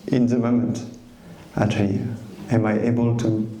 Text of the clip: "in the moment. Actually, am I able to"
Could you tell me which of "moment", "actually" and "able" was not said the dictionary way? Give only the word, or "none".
actually